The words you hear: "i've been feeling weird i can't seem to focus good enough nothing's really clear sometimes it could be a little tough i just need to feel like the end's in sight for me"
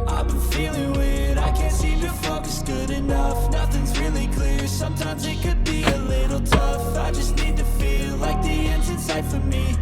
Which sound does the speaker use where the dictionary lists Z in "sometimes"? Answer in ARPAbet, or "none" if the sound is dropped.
Z